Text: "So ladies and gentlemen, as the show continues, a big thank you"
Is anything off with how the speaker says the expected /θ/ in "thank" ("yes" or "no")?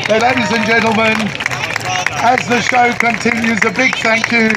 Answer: no